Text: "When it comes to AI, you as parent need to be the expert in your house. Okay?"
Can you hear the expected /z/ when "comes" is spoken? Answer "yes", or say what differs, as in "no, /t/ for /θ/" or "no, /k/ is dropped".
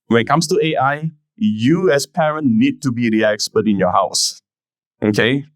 no, /s/ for /z/